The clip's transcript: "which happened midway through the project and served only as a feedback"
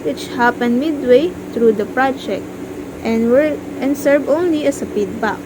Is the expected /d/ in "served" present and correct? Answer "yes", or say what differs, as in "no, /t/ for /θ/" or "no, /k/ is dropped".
no, /d/ is dropped